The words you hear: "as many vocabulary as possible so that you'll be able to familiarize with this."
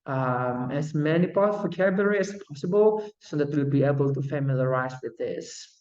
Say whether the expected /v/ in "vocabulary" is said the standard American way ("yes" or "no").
no